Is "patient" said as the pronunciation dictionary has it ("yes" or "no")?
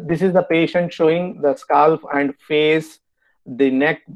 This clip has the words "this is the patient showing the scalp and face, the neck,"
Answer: yes